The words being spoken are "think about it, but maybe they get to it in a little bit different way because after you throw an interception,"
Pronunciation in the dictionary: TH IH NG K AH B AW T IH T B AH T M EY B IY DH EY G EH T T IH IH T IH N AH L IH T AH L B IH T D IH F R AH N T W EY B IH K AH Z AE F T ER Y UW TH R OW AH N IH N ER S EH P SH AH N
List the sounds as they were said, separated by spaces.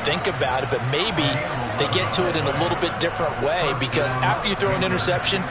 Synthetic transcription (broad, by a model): TH IH NG K AH B AW T IH T B AH T M EY B IY DH EY G EH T T IH IH T IH N AH L IH T L B IH T D IH F R AH N T W EY B IH K AH Z AE F T ER Y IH TH R OW AH N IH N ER S EH P SH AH N